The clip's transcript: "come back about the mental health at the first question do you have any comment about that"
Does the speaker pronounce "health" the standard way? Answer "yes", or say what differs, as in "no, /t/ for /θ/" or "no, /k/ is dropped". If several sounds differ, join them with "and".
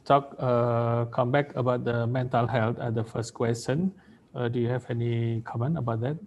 no, /t/ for /θ/